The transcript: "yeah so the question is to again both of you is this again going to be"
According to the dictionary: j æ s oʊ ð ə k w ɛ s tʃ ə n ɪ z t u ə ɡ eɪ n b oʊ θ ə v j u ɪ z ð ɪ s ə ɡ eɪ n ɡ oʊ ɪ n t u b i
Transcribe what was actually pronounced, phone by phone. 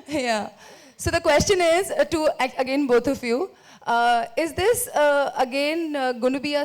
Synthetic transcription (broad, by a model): j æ s oʊ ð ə k w ɛ s tʃ ə n ɪ z t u ə ɡ eɪ n b oʊ t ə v j u ɪ z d ɪ s ə ɡ eɪ n ɡ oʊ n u b i